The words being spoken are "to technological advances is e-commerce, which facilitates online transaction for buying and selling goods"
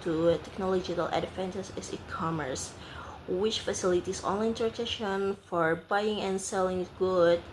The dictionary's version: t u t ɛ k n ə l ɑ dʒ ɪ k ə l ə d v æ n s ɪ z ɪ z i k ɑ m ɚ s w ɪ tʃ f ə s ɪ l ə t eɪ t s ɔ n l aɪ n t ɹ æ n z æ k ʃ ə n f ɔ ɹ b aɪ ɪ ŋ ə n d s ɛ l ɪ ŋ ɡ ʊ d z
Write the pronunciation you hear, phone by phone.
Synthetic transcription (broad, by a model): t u t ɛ k n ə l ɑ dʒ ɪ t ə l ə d f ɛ n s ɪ s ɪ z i k ɑ m ɚ s w ɪ tʃ f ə s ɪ l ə t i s ɔ n l aɪ n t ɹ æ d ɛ ʃ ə n f ɔ ɹ b aɪ ɪ ŋ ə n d s ɛ l ɪ ŋ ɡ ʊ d